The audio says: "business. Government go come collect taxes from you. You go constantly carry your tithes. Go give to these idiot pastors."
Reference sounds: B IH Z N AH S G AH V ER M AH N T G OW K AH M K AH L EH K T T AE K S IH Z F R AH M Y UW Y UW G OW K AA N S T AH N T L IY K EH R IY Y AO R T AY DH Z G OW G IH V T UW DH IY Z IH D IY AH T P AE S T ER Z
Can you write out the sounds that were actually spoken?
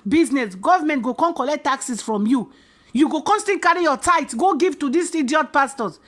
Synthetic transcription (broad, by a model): B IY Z N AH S G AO V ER M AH N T G OW K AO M K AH L EH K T T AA K S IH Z F R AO M Y UW Y UW G OW K AA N S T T IY K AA R IY Y AO T AY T G OW G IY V T UW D IY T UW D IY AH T P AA S T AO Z